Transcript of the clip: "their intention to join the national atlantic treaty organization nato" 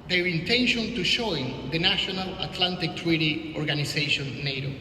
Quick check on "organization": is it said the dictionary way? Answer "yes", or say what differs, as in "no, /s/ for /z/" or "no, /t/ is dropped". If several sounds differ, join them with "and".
no, /s/ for /z/